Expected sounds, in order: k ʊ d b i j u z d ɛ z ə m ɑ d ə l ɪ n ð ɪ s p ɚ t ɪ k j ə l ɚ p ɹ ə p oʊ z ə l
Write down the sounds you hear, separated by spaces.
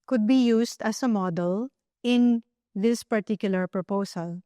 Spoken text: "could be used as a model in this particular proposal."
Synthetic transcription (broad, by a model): k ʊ d b i j u s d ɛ s ə m ɑ d ə l ɪ n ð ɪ s p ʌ t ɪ k j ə l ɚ p ɹ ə p oʊ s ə l